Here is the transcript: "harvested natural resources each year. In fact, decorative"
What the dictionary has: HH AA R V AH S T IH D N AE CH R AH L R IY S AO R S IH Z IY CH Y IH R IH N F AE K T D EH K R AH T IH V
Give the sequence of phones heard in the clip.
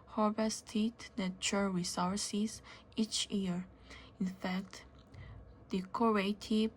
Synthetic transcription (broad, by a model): HH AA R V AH S T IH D N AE CH AH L R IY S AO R S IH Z IY CH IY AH R IH N F AE K T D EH K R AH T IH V